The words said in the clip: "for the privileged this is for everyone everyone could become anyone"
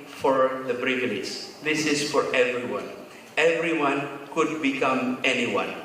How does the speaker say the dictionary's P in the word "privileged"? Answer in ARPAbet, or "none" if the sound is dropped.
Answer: B